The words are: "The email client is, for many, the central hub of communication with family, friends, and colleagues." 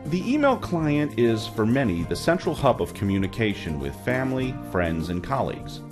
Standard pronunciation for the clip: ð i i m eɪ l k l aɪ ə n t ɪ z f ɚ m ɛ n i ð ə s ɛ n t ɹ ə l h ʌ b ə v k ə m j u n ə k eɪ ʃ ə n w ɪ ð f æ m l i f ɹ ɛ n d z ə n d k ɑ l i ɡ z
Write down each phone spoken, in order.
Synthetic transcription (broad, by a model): ð i i m eɪ l k l aɪ ə n t ɪ z f ɚ m ɛ n i ð ə s ɛ n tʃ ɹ l h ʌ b ə v k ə m j u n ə k eɪ ʃ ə n w ɪ ð f æ m l i f ɹ ɛ n d z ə n k ɑ l i ɡ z